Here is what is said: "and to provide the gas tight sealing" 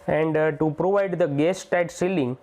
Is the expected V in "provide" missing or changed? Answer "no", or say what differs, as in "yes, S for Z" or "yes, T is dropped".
no